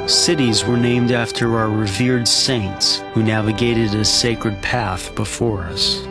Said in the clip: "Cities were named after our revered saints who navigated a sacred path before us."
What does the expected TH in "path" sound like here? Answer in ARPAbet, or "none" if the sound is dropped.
TH